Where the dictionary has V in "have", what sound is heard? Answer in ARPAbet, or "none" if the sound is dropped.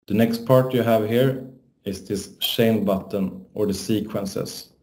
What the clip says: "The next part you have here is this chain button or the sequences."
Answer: V